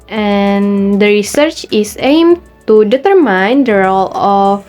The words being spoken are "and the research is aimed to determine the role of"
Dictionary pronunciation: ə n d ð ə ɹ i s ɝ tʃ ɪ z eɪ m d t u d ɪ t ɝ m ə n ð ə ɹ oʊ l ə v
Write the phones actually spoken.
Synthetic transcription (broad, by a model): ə n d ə ɹ i s ɝ tʃ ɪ s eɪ m t u d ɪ t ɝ m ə n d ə ɹ oʊ l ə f